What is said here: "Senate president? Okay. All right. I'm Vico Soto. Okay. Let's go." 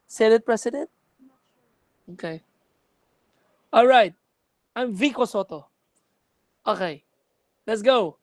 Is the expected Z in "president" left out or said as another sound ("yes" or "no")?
yes